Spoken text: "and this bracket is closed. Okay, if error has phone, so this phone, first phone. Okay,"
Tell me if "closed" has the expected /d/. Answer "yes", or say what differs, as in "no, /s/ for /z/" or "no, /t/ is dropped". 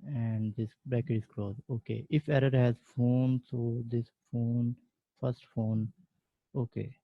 no, /d/ is dropped